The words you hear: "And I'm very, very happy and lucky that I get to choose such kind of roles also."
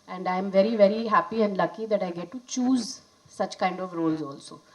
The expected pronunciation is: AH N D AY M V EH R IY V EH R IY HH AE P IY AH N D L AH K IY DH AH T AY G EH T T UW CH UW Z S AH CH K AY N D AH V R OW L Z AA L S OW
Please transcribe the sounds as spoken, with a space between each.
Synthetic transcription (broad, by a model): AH N D AY M V EH R IY V EH R IY HH AE P IY AH N D L AH K IY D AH T AY G EH T T UW CH UW Z S AH CH K AY N D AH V R OW L Z AA L S OW